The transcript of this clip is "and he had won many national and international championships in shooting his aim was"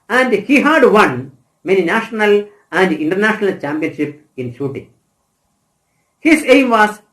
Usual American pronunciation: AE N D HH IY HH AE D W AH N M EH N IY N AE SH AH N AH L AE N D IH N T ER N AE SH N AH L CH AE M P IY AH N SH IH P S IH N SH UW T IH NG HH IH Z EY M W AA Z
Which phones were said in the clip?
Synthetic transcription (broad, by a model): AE N D HH IY HH AE D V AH N M EH N IY N AE SH AH N AH L AE N D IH N T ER N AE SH N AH L CH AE M P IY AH N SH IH P IH N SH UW T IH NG HH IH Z EY M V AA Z